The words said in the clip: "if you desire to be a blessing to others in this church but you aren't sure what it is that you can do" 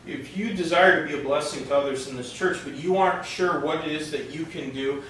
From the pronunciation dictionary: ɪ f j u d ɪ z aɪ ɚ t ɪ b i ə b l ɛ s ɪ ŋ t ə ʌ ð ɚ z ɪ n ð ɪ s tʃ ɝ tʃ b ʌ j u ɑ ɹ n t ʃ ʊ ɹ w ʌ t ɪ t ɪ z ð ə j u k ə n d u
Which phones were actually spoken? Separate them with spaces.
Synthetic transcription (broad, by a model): ɪ f j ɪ d ɪ z aɪ ɚ t ɪ b i ə b l ɛ s ɪ ŋ t ə ʌ ð ɚ z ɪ n ð ɪ s tʃ ɝ tʃ b ʌ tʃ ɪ ɑ ɹ n t ʃ ʊ ɹ w ʌ t ɪ t ɪ z ð ə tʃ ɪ k ə n d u